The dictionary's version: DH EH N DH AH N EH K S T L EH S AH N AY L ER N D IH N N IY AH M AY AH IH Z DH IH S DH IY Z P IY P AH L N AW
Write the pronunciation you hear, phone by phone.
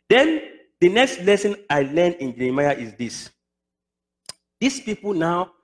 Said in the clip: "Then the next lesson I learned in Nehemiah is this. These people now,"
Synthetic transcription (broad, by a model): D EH N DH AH N EH K S T L EH S AH N AY L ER N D IH N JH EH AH M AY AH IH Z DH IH S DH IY S P IY P AH L N AW